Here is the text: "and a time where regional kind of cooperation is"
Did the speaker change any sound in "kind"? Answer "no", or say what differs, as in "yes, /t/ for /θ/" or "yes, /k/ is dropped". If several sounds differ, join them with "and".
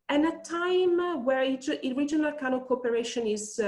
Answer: yes, /d/ is dropped